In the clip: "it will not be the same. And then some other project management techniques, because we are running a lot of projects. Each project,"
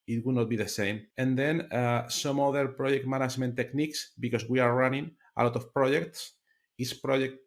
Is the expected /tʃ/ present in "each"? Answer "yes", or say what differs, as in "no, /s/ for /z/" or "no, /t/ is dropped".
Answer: no, /s/ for /tʃ/